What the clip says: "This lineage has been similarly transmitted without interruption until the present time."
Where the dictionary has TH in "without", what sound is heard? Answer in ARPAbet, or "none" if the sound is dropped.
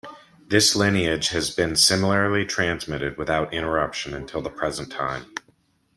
TH